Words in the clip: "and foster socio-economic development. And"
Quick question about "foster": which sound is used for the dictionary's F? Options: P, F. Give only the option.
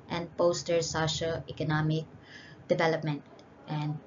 P